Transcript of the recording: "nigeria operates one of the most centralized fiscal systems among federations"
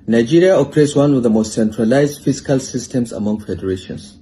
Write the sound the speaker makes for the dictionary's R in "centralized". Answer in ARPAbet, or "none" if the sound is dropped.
R